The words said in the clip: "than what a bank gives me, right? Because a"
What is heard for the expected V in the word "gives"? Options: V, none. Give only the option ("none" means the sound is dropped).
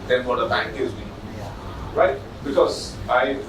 none